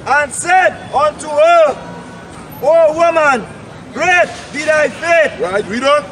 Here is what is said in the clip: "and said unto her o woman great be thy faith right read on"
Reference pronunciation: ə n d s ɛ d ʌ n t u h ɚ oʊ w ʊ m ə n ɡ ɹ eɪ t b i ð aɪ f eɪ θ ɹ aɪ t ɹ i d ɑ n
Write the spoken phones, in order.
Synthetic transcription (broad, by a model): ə n s ɛ d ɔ n t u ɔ oʊ w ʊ m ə n ɡ ɹ eɪ t b i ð aɪ f eɪ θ ɹ aɪ t w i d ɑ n